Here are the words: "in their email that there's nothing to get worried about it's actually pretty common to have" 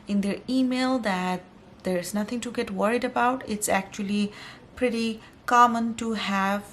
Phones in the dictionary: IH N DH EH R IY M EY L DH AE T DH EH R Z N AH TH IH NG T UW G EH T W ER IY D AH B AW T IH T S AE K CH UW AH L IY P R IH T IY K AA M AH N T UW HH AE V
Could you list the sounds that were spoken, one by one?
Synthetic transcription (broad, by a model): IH N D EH R IY M EY L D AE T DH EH R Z N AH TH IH NG T UW G EH T W ER IY D AH B AW T IH T S AE K CH UW AH L IY P R IH T IY K AA M AH N T UW HH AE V